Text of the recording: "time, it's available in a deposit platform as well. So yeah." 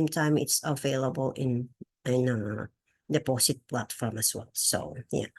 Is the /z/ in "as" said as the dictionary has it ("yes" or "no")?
no